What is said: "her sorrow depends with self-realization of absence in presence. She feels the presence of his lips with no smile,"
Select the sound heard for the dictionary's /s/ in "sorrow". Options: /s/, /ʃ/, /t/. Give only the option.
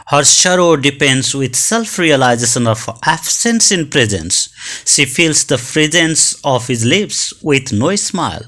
/ʃ/